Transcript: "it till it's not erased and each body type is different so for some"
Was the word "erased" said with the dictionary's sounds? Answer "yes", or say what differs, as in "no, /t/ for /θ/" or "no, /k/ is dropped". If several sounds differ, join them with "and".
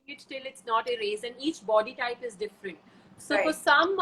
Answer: no, /t/ is dropped